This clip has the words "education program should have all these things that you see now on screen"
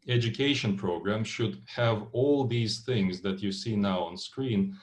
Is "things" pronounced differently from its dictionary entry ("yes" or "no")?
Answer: no